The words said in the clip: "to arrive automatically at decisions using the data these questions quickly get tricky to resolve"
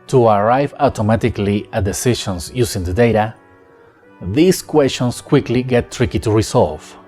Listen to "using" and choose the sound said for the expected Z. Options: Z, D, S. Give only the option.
S